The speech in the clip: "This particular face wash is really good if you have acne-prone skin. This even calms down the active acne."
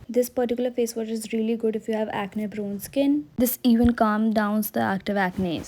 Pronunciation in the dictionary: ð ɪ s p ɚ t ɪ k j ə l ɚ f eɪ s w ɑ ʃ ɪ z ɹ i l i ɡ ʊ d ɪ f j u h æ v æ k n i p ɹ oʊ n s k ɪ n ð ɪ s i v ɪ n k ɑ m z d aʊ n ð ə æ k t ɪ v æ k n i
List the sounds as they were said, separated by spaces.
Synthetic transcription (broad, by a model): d ɪ s p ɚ t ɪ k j l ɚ f eɪ s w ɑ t ɪ z ɹ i l i ɡ ʊ d ɪ f j u h æ v æ k n i b ɹ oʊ n s k ɪ n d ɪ s i v ɪ n k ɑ m d aʊ n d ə æ k t ɪ v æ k n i